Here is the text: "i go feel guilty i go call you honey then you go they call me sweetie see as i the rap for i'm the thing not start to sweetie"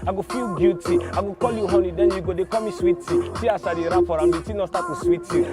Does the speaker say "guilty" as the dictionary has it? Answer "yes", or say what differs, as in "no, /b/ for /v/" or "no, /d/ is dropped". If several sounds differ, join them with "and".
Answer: no, /l/ is dropped